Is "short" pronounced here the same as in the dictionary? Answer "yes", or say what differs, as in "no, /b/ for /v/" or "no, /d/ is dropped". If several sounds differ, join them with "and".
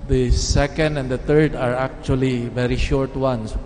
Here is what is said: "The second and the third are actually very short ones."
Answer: yes